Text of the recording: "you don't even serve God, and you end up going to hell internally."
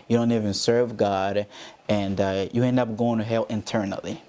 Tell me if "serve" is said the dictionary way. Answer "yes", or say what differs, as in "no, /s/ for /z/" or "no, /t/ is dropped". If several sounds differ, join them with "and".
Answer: yes